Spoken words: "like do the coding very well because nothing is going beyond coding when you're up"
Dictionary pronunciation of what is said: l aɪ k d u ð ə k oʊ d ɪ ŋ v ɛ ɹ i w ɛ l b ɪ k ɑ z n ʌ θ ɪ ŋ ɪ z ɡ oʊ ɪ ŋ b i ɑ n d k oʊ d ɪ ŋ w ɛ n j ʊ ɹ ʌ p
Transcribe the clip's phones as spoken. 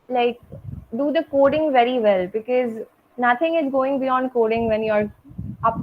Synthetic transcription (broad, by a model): l aɪ k d u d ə k oʊ d ɪ ŋ v ɛ ɹ i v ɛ l b ɪ k ɑ z n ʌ t ɪ ŋ ɪ z ɡ oʊ ɪ ŋ b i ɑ n d k oʊ d ɪ ŋ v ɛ n j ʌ ɹ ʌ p